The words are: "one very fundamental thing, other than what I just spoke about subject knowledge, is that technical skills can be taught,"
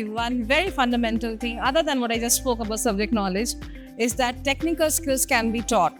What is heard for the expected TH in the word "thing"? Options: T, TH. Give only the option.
T